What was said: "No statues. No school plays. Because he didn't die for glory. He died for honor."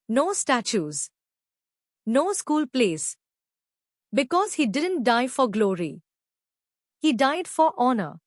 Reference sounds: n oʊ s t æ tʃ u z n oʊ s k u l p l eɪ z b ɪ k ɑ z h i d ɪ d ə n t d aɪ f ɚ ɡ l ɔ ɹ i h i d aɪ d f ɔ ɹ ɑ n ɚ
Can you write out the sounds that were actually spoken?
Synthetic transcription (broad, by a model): n oʊ s t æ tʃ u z n oʊ s k u l p l eɪ s b ɪ k ɑ z h i d ɪ d ə n t d aɪ f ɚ ɡ l ɔ ɹ i h i d aɪ d f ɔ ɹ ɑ n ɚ